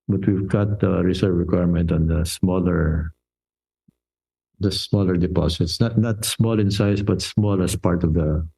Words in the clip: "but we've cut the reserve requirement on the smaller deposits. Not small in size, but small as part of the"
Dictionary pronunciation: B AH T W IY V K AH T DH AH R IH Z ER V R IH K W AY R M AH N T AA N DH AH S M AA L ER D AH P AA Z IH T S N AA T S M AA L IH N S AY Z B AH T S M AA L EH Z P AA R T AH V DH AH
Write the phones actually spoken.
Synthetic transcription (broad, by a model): B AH T W IY V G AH T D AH R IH S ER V R IH K W AY R M AH N T AA N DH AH S M AA L ER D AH P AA S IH T S N AA T S M AA L IH N S AY S B AH T S M AA L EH S P AA R T AH V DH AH